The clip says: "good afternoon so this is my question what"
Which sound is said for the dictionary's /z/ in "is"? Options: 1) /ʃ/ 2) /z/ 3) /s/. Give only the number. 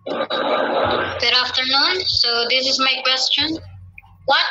2